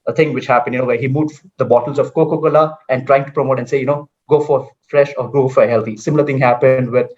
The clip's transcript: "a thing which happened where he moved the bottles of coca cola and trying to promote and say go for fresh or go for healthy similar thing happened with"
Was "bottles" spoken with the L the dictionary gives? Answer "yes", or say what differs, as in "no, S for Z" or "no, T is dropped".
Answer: yes